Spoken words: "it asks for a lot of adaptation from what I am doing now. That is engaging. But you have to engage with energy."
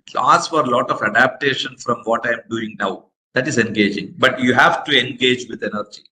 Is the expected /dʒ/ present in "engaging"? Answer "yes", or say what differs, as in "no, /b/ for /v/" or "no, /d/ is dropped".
yes